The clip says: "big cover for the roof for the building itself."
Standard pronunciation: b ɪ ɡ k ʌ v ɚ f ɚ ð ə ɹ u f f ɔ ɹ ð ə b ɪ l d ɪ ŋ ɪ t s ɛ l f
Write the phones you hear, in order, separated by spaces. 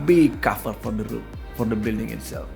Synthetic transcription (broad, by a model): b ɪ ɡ k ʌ f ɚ f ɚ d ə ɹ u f f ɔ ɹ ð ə b ɪ l d ɪ ŋ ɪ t s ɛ l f